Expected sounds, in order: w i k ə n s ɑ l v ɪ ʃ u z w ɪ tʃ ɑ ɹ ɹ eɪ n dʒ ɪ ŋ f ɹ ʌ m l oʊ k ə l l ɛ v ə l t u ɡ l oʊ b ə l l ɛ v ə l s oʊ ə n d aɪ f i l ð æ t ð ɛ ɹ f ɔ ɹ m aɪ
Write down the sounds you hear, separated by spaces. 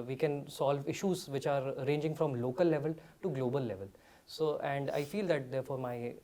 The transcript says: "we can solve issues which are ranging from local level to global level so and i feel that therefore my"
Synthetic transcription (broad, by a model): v i k ə n s ɑ l v ɪ ʃ u z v ɪ tʃ ɑ ɹ ɹ eɪ n dʒ ɪ ŋ f ɹ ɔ m l oʊ k ə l l ɛ v ə l t u ɡ l oʊ b ə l l ɛ v ə l s oʊ ə n d aɪ f i l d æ t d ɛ ɹ f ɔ ɹ m aɪ